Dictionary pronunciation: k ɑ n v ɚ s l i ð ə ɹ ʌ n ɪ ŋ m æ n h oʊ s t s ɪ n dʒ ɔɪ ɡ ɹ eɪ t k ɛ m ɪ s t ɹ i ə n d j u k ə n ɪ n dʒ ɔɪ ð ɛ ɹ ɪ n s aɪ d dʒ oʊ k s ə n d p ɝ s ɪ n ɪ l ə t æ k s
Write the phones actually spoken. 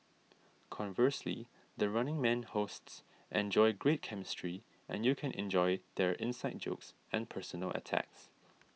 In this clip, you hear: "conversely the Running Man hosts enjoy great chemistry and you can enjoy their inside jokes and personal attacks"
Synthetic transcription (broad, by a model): k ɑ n v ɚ s l i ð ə ɹ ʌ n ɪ ŋ m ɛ n h oʊ s t s ɪ n dʒ ɔɪ ɡ ɹ eɪ t k ɛ m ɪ s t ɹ i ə n j u k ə n ɪ n dʒ ɔɪ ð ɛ ɹ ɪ n s aɪ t dʒ oʊ k s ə n p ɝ s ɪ n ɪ l ə t æ k s